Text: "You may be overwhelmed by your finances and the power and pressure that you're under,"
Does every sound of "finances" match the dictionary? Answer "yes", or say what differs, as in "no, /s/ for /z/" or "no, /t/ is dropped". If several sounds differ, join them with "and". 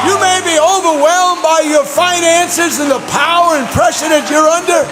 yes